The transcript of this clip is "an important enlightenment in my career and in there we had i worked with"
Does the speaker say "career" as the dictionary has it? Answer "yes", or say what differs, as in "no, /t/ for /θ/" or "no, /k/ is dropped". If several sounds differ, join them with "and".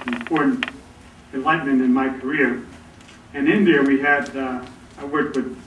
yes